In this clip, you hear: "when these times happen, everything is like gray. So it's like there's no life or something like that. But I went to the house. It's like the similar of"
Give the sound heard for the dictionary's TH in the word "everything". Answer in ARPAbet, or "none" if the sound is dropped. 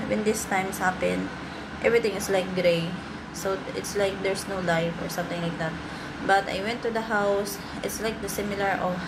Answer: T